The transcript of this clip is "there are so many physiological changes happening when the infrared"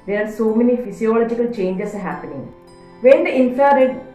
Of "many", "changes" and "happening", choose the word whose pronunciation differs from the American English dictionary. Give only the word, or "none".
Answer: changes